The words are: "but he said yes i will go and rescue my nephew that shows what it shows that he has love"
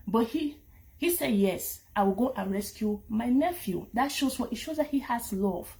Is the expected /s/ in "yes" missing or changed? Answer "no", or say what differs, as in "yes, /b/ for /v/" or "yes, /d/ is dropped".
no